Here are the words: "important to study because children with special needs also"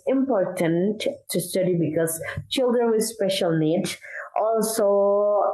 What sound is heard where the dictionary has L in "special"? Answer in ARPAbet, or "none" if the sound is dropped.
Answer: L